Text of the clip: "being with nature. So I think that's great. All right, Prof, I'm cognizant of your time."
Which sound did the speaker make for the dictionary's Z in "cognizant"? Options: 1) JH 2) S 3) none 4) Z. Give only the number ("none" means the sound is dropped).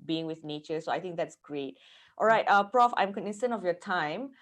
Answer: 2